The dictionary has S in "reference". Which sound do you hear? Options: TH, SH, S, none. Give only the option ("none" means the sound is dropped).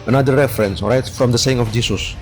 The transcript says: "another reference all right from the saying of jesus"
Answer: S